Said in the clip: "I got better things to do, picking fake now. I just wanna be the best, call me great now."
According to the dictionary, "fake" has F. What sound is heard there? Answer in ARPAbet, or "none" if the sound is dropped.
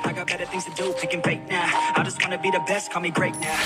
P